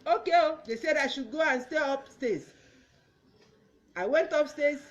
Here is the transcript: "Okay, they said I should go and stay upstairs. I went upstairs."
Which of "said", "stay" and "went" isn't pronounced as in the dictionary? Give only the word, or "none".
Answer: none